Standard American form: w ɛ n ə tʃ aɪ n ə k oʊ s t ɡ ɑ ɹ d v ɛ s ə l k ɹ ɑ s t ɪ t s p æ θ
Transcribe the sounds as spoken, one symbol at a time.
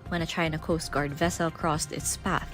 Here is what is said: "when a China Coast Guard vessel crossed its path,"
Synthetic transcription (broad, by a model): w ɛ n ə tʃ aɪ n ə k oʊ s t ɡ ɑ ɹ d v ɛ s ə l k ɹ ɑ s t ɪ t s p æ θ